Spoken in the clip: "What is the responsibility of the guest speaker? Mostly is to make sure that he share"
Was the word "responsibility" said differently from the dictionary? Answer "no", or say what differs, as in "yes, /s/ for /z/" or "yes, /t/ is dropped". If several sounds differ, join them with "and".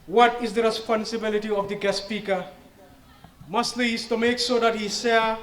no